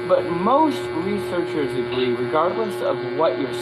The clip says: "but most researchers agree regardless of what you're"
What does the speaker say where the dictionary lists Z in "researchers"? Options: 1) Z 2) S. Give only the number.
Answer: 1